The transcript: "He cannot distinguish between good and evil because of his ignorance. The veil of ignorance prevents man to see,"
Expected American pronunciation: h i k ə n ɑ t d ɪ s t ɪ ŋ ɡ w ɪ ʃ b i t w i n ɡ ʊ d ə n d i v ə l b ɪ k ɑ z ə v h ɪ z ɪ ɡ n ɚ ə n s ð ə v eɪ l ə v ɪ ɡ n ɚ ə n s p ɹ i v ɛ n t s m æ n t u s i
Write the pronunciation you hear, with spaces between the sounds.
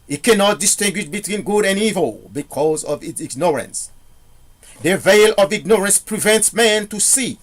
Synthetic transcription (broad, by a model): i k ə n ɑ t d ɪ s t ɪ ŋ ɡ w ɪ ʃ b i t w i n ɡ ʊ d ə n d i v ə l b ɪ k ɑ z ə v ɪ s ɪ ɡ n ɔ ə n s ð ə v eɪ l ə v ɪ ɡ n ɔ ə n s p ɹ i v ɛ n t s m æ n t u s i